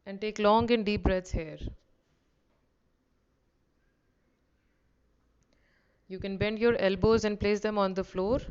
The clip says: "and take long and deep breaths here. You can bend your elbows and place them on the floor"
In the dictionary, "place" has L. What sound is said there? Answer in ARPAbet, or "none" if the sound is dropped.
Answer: L